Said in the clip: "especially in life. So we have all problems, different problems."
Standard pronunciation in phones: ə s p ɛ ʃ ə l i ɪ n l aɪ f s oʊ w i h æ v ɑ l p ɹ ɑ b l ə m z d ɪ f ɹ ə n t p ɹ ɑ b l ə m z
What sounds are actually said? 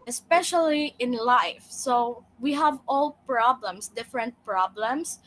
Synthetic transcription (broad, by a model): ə s p ɛ ʃ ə l i ɪ n l aɪ f s oʊ w i h æ v ɑ l p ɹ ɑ b l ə m s d ɪ f ɹ ə n t p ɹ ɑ b l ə m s